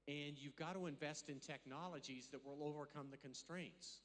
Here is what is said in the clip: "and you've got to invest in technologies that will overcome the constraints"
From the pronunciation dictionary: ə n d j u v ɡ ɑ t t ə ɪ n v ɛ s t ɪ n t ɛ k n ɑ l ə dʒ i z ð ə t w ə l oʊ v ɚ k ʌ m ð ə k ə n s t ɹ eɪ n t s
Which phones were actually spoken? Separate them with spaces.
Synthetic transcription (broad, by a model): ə n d j u v ɡ ɑ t t ə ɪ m v ɛ s t ɪ n t ɛ k n ɑ l ə dʒ i z ð ə t w ə l oʊ v ɚ k ʌ m ð ə k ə n s t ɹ eɪ n t s